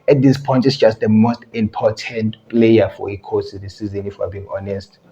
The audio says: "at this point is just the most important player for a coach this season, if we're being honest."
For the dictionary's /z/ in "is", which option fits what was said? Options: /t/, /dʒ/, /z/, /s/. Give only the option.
/s/